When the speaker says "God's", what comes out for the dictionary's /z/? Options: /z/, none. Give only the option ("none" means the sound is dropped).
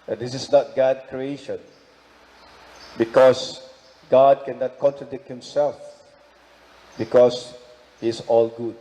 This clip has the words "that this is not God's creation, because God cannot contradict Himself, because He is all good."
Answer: none